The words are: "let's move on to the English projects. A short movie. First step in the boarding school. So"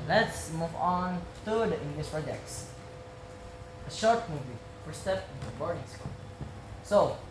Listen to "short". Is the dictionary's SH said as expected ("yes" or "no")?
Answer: yes